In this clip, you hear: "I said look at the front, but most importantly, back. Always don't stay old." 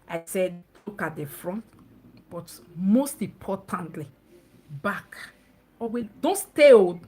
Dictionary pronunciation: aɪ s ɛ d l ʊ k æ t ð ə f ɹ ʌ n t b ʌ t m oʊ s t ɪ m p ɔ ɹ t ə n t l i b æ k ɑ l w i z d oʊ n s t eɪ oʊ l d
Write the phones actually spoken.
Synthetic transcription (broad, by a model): aɪ s ɛ d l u k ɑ t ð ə f ɹ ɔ n t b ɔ t m oʊ s t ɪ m p ɔ t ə n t l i b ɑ k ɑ w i d oʊ n s t eɪ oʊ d